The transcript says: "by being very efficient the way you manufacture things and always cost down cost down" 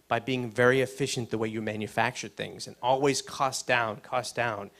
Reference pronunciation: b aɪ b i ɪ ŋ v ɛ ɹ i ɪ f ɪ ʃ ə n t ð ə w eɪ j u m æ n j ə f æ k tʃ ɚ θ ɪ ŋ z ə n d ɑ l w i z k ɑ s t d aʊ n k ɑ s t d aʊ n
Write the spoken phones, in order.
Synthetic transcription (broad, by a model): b aɪ b i ɪ ŋ v ɛ ɹ i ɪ f ɪ ʃ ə n ð ə w eɪ j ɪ m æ n j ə f æ k tʃ ɚ θ ɪ ŋ z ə n ɑ l w i z k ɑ s d aʊ n k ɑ s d aʊ n